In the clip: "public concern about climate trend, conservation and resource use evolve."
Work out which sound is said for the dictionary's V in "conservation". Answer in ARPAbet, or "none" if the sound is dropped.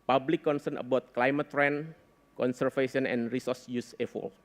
F